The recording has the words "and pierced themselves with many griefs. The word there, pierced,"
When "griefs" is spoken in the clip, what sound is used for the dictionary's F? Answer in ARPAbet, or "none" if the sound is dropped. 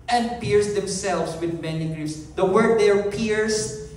none